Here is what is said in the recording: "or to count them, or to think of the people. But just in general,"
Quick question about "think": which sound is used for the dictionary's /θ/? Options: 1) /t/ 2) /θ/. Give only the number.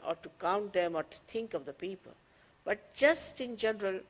1